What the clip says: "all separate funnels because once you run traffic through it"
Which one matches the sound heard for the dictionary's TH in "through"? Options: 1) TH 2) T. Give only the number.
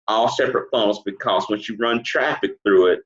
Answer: 1